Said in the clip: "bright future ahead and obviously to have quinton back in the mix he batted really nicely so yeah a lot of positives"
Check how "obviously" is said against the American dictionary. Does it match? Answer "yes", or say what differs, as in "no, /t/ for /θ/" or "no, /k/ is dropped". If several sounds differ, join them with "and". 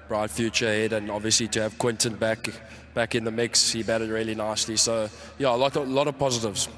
yes